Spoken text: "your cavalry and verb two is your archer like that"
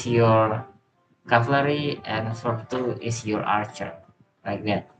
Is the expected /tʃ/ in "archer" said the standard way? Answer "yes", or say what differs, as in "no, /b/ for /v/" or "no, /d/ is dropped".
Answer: yes